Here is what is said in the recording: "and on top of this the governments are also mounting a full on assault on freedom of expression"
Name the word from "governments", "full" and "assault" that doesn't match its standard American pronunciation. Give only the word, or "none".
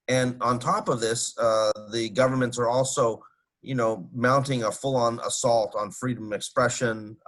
none